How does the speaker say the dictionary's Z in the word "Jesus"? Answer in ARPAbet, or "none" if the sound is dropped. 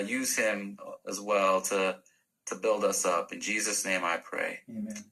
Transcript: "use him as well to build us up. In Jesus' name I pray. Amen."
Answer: Z